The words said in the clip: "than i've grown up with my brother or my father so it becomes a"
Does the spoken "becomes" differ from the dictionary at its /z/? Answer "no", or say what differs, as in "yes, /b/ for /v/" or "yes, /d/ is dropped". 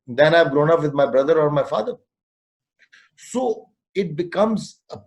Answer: no